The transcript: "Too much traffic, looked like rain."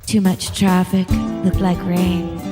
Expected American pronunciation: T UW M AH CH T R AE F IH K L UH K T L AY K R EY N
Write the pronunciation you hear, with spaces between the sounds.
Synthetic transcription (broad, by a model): T UW M AH CH T R AE F IH K L UH K T L AY K R EY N